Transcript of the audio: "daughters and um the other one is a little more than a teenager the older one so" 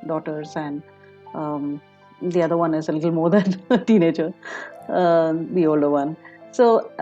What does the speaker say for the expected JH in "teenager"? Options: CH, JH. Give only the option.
CH